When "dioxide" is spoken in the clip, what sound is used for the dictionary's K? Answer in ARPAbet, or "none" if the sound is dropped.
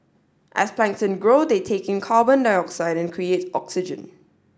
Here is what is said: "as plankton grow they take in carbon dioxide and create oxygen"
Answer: K